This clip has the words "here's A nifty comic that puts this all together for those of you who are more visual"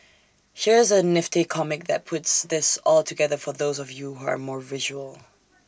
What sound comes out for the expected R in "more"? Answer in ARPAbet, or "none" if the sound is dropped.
R